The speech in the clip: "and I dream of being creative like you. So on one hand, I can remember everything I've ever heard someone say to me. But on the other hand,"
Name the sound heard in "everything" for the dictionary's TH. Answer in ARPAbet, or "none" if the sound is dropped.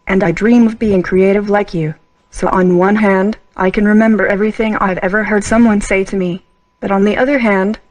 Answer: TH